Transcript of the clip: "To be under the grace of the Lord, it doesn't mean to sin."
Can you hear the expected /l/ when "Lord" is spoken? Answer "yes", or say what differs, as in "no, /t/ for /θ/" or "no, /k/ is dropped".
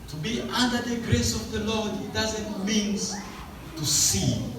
yes